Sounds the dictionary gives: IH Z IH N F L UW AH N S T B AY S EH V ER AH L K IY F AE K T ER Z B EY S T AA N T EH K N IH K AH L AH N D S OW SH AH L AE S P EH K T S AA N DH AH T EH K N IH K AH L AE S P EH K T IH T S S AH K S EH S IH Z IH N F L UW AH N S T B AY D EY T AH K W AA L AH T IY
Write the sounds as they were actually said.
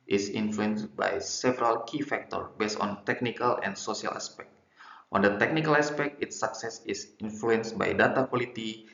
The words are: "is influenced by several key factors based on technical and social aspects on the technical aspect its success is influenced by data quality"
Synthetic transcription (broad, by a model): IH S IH N F L UW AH N S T B AY S EH V ER AH L K IY F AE K T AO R B EY S T AA N T EH K N IH K AH L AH N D S OW S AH L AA S P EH K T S AA N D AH T EH K N IH K AH L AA S P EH K T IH T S S AH K S EH S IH S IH N F L UW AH N S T B AY D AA T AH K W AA L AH T IY